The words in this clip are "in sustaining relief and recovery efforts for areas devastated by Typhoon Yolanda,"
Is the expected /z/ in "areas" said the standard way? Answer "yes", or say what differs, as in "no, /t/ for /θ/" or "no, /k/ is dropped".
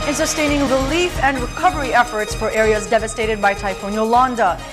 yes